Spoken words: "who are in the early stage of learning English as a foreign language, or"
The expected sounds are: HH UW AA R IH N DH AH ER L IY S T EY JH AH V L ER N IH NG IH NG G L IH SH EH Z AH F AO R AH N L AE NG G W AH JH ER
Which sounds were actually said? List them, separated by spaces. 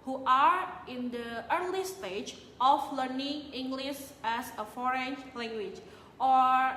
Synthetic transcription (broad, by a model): HH UW AA R IH N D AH ER L IY S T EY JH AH F L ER N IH NG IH NG G L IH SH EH S AH F AO R AH N L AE NG G W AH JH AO